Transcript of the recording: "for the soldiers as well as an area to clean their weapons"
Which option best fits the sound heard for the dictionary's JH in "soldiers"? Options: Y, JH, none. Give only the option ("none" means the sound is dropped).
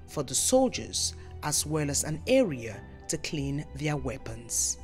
JH